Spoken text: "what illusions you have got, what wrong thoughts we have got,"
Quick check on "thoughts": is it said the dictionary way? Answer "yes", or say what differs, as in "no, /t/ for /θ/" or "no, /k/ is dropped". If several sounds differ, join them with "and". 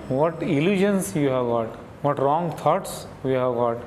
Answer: no, /t/ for /θ/